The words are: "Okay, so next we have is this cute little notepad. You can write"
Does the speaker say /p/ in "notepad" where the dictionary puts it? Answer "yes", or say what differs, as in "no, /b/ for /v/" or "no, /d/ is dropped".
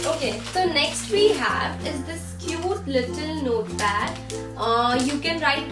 no, /b/ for /p/